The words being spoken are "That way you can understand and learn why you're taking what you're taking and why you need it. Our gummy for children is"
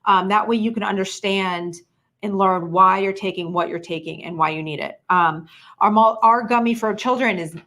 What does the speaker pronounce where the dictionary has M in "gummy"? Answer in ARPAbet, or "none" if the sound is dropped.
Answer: M